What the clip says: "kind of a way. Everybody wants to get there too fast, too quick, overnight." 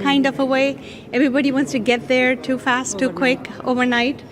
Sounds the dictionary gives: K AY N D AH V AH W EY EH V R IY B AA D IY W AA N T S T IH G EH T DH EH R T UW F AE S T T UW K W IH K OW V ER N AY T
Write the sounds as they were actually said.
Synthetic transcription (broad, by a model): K AY N D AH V AH W EY EH V R IY B AA D IY W AA N T S T IH G EH T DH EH R T UW F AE S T T UW K W IH K OW V ER N AY T